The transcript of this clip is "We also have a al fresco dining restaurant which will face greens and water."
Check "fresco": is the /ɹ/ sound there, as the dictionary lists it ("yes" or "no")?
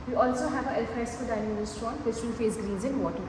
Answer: no